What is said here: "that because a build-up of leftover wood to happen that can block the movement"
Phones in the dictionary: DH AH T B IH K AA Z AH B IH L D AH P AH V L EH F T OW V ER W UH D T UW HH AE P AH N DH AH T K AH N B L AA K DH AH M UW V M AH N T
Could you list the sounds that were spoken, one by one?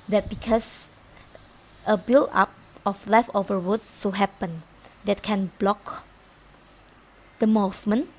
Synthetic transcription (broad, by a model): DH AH T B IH K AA S AH B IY L AA P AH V L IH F OW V ER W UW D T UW HH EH P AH N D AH T K AH N B L AA K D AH M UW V M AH N